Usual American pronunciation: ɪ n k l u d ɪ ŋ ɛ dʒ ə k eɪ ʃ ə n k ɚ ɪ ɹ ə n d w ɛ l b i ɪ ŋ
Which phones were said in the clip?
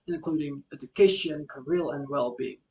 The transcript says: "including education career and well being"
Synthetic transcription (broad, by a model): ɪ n k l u d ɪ ŋ ɛ dʒ ə k eɪ ʃ ə n k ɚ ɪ l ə n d w ɛ l b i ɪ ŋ